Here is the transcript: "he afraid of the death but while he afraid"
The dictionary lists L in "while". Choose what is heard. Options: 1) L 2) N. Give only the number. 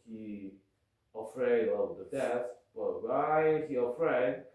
2